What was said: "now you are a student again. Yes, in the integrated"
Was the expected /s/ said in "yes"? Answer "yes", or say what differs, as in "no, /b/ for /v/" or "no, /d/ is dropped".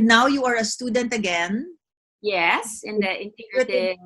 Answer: yes